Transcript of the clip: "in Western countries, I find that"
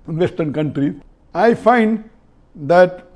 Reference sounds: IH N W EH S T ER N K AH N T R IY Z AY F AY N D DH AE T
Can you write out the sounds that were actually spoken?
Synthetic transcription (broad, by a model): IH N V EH S T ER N K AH N T R IY AY F AY N D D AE T